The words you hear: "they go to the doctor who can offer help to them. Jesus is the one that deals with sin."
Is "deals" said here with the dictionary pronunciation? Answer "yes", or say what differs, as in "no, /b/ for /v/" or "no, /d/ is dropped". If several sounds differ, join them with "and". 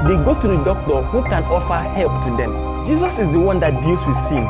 no, /s/ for /z/